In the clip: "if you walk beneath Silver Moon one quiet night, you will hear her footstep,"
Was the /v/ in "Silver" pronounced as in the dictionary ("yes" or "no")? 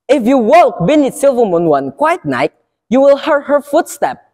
yes